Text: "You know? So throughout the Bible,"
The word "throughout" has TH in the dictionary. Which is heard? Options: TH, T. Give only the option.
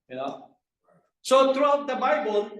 T